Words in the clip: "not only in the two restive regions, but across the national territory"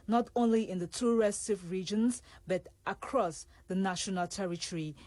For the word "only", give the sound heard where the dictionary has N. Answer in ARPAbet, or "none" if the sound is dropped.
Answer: N